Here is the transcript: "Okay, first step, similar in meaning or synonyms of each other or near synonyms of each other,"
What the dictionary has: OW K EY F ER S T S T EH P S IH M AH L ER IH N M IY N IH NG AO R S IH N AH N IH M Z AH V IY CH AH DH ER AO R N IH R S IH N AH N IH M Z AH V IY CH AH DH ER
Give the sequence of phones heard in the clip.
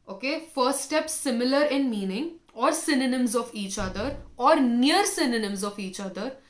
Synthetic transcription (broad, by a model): OW K EY F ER T S T EH P S IH M AH L ER IH N M IY N IH NG AO R S IH N AH N IH M Z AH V IY CH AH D ER AO R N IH R S IH N AH N IH M Z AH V IY CH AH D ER